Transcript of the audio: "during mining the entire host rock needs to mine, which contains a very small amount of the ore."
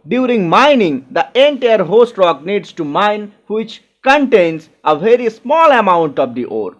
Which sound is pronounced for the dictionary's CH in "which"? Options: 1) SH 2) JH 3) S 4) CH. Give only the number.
4